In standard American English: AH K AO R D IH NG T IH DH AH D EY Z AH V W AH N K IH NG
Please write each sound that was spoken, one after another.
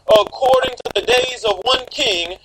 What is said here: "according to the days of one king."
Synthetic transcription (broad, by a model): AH K AO R D IH NG T IH DH AH D EY Z AH V W AH N K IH NG